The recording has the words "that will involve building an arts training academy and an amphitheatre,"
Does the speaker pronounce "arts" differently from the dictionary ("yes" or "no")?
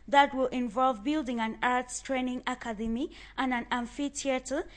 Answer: no